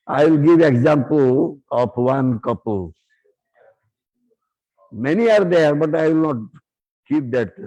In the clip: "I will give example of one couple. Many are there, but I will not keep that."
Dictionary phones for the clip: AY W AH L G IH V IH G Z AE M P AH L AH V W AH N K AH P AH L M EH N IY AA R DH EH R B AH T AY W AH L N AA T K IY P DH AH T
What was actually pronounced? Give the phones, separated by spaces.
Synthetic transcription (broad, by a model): AY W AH L G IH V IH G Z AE M P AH L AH P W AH N K AH P AH L M EH N IY AA R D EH R B AH T AY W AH L N AA T K IY P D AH T